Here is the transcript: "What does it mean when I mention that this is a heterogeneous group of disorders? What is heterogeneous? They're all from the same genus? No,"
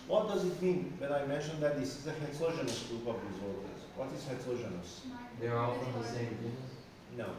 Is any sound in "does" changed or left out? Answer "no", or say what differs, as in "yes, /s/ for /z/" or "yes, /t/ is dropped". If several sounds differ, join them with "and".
no